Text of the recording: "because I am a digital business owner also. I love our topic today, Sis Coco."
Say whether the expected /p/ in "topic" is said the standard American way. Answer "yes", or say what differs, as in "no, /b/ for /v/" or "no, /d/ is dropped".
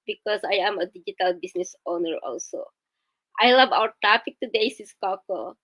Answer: no, /f/ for /p/